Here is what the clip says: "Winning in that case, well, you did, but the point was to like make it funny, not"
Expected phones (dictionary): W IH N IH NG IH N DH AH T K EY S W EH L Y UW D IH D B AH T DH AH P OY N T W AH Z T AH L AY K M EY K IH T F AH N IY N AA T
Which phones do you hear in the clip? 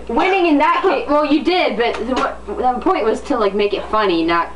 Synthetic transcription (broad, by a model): W IH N IH NG IH N DH AH T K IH W EH L Y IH D IH D B AH T DH AH P OY N T W AH Z T AH L AY K M EY K IH T F AH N IY N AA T